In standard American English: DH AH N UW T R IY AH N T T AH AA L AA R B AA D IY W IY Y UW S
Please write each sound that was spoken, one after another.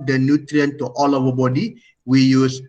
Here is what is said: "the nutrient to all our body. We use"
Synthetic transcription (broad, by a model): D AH N UW T R IY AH N T T AA L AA W B AA D IY W IY Y UW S